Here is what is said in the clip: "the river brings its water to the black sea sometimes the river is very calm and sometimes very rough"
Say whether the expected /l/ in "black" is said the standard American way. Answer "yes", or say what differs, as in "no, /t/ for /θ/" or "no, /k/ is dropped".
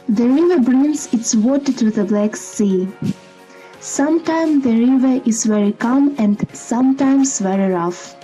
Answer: yes